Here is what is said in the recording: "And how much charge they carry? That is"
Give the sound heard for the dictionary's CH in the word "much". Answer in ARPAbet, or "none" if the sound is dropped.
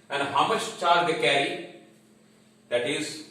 SH